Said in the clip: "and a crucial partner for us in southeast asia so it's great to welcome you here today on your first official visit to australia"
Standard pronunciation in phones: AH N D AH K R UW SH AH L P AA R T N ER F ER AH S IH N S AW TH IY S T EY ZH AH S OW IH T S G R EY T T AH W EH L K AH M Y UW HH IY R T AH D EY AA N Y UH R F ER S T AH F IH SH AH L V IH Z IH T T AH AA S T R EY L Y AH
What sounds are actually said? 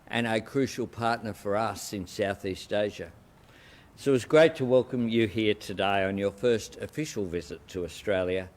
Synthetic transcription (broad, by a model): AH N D AH K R UW SH L P AA R T N ER F ER AH S IH N S AW TH IY S T EY ZH AH S OW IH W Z G R EY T T AH W EH L K AH M Y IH HH IY R T AH D EY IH N Y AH R F ER S T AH F IH SH L V IH Z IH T T AH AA S T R EY L Y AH